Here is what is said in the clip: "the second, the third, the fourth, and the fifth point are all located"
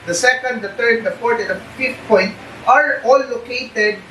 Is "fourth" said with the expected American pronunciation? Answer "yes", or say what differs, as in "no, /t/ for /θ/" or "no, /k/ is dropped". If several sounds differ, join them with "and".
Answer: no, /p/ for /f/ and /t/ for /θ/